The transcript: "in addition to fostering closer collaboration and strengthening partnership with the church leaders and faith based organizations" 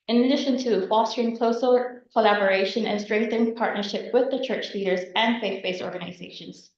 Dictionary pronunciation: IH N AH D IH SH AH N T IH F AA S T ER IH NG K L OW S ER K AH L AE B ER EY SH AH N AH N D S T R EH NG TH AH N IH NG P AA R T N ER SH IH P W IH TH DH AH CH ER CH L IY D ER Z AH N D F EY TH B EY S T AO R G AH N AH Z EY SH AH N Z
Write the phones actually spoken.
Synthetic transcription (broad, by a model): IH N AH D IH SH AH N T IH F AA S T ER IH NG K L OW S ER K AH L AE B ER EY SH AH N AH N S T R EH NG TH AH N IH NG P AA R T N ER SH IH P W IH DH AH CH ER CH L IY D ER Z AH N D F EY TH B EY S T AO R G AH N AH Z EY SH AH N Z